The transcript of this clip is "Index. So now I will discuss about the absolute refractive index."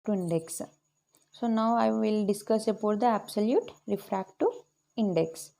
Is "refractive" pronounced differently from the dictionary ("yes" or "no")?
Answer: yes